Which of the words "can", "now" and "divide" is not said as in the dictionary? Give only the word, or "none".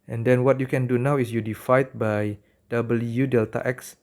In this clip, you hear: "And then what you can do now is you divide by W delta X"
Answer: divide